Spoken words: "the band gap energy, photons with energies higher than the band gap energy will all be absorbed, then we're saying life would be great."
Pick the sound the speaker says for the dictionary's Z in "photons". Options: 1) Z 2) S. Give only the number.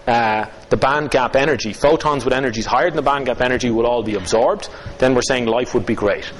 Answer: 1